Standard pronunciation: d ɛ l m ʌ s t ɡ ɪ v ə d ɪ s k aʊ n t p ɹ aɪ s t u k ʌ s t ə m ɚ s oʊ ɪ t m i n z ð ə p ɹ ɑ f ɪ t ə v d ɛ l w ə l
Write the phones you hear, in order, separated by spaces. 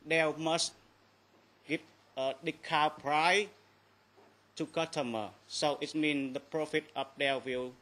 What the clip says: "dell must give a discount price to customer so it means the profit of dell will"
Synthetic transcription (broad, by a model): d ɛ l m ʌ s t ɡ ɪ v ə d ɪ k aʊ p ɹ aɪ t u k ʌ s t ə m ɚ s oʊ ɪ t m i n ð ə p ɹ ɑ f ɪ t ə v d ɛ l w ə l